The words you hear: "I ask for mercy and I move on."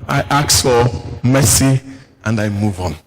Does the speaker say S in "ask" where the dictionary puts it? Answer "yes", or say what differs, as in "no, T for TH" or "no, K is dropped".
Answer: no, S is dropped